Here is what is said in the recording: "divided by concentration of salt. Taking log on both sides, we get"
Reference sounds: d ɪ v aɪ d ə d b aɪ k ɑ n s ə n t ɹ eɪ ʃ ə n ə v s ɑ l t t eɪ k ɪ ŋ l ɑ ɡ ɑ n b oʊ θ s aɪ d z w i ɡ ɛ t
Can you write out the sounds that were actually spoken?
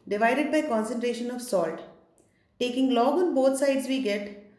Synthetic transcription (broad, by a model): d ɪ v aɪ d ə d b aɪ k ɑ n s ə n t ɹ eɪ ʃ ə n ə v s ɑ l t t eɪ k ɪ ŋ l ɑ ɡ ɑ n b oʊ t s aɪ d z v i ɡ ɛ t